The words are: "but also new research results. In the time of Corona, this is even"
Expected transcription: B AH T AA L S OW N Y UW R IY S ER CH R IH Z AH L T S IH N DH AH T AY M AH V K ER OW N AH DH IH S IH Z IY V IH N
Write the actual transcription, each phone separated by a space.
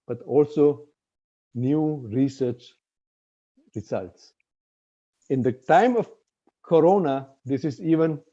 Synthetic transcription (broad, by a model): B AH T AA L S OW N Y UW R IY S ER CH R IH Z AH L T S IH N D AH T AY M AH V K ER OW N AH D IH S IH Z IY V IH N